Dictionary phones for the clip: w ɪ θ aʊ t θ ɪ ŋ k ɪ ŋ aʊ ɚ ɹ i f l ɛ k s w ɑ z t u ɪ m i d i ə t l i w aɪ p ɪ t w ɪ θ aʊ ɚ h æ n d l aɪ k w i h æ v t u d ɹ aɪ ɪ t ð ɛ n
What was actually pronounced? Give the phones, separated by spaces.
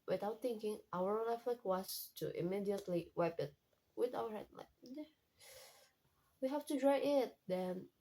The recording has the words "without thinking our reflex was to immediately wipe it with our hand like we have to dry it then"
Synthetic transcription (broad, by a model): w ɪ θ aʊ t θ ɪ ŋ k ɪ ŋ aʊ ɚ l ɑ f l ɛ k w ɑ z t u ɪ m i d i ə t l i w aɪ p ɪ t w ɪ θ aʊ ɚ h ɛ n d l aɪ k w i h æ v t u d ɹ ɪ ɪ t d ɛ n